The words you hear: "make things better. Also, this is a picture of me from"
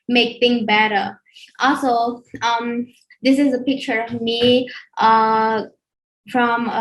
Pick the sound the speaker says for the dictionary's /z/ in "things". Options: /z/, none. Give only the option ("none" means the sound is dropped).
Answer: none